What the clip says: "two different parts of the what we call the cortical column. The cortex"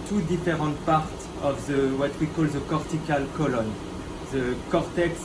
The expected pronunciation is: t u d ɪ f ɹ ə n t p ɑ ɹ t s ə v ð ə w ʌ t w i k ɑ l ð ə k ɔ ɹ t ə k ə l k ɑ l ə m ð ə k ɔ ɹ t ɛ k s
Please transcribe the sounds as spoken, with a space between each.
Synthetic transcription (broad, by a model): t u d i f ɹ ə t p ɑ ɹ t ə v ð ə w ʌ t w i k ɑ l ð ə k ɔ ɹ t ə k ə l k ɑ l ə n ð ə k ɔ ɹ t ɛ k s